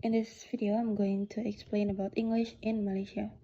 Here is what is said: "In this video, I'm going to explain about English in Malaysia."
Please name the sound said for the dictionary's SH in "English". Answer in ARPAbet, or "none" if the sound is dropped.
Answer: SH